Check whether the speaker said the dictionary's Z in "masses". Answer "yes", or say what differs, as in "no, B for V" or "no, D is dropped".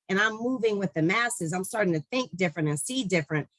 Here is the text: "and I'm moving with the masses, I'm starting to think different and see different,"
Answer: yes